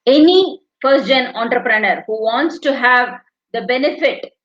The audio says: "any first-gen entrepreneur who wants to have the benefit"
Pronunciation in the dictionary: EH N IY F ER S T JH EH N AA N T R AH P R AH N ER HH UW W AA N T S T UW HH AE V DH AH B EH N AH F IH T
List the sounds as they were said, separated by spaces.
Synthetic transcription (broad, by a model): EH N IY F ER T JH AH N AA N T R AH P R AH N ER HH UW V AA N T S T UW HH AE V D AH B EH N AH F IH T